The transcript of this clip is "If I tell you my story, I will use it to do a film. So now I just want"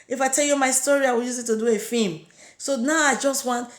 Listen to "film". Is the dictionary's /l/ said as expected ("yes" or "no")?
no